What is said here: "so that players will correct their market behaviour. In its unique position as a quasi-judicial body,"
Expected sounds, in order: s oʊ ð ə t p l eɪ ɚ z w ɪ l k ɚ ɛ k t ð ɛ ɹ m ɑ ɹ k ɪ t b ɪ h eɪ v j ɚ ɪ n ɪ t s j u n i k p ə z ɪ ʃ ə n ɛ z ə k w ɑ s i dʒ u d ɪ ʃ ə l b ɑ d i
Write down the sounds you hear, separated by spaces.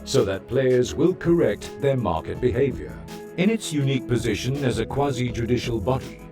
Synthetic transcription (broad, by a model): s oʊ ð ə t p l eɪ ɚ z w ɪ l k ɚ ɛ k t ð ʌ ɹ m ɑ ɹ k ɪ t b ɪ h eɪ v j ɚ ɪ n ɪ t s j u n i k p ə z ɪ ʃ ə n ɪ z ə k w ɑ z i dʒ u d ɪ ʃ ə l b ɑ d i